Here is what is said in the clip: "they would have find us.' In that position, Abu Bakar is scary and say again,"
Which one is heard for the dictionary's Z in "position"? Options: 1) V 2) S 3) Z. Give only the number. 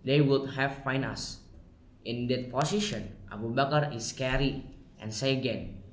2